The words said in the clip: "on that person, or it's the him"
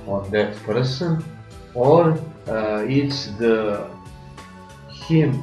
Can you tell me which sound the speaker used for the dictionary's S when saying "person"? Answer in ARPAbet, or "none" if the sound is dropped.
S